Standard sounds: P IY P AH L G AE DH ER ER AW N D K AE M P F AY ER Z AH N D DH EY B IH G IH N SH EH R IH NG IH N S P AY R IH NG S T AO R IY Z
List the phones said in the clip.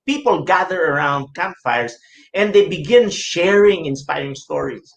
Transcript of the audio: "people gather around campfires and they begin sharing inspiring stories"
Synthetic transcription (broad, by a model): P IY P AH L G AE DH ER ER AW N D K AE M F AY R S AH N D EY B IH G IH N SH EH R IH NG IH N S P AY R IH NG S T AO R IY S